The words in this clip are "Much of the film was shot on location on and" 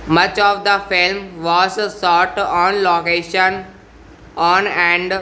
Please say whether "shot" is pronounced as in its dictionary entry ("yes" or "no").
no